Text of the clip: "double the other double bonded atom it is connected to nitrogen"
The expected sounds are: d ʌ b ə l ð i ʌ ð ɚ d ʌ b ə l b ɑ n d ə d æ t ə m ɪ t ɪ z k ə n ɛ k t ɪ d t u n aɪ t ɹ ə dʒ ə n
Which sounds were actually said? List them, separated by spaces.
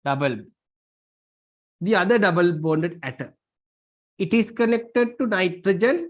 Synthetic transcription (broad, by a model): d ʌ b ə l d i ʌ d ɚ d ʌ b ə l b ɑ n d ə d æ t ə ɪ t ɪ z k ə n ɛ k t ɪ d t u n aɪ t ɹ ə dʒ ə n